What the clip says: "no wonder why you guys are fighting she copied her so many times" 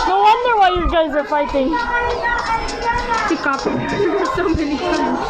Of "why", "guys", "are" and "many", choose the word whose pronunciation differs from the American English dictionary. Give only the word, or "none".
none